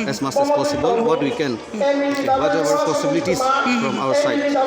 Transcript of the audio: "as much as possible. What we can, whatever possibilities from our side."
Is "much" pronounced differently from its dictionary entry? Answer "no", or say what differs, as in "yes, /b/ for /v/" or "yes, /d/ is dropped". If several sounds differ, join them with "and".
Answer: yes, /s/ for /tʃ/